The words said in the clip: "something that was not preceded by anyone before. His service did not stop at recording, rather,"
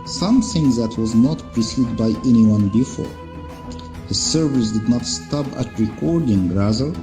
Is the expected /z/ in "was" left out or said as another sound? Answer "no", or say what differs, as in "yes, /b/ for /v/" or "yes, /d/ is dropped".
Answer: no